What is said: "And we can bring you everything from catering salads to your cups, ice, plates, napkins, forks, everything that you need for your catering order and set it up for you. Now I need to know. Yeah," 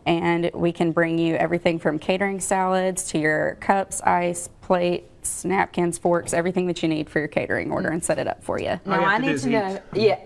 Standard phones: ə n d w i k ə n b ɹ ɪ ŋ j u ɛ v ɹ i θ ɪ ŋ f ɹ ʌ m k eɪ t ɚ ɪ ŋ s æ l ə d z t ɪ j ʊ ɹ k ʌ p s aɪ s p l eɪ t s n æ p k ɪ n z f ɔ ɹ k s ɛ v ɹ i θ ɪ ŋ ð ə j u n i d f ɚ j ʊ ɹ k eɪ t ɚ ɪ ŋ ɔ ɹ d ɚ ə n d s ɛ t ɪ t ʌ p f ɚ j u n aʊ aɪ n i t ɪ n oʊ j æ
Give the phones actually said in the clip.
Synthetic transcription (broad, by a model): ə n w i k ə n b ɹ ɪ ŋ j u ɛ v ɹ i θ ɪ ŋ f ɹ ʌ m k eɪ t ɚ ɪ ŋ s æ l ə d z t ɪ j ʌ ɹ k ʌ p s aɪ s p l eɪ t s n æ p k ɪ n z f ɔ ɹ k s ɛ v ɹ i θ ɪ ŋ ð ə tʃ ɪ n i d f ɚ j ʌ ɹ k eɪ t ɚ ɪ ŋ ɔ ɹ d ɚ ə n s ɛ t ɪ t ʌ p f ɚ j u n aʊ aɪ n i t ɪ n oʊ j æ